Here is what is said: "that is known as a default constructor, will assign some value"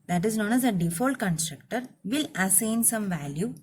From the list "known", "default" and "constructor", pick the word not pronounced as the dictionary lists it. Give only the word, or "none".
none